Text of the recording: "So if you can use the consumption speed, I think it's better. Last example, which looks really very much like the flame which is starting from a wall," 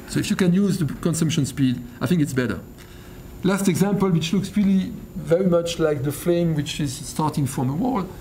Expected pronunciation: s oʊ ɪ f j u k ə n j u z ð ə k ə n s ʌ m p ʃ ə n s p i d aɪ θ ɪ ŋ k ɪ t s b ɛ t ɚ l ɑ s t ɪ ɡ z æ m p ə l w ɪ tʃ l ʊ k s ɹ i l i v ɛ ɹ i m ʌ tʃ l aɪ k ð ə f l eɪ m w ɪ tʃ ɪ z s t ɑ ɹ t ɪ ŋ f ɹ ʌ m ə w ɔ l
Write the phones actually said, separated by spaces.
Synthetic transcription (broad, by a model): s oʊ ɪ f j u k ə n j u z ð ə k ə n s ʌ m p ʃ ə n s p i d aɪ θ ɪ ŋ k ɪ t s b ɛ t ɚ l ɑ s t ɪ ɡ z æ m p ə l w ɪ tʃ l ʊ k s ɹ i l i v ɛ ɹ i m ʌ tʃ l aɪ k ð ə f l eɪ m w ɪ tʃ ɪ z s t ɑ ɹ t ɪ ŋ f ɹ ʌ m ə w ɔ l